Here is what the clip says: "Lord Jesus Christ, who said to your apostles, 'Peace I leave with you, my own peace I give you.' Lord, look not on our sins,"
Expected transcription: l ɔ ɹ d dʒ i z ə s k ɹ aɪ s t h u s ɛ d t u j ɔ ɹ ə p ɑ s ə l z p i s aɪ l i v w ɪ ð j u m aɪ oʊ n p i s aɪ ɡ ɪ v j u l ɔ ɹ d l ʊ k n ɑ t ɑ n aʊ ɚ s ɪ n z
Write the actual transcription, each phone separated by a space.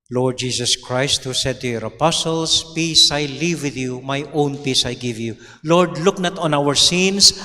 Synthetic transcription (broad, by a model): l ɔ ɹ d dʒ i s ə s k ɹ aɪ s t h u s ɛ d t u j ɔ ɹ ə p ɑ s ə l s p i s aɪ l i v w ɪ ð j u m aɪ oʊ n p i s aɪ ɡ ɪ v j u l ɔ ɹ d l ʊ k n ɑ t ɑ n aʊ ɚ s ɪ n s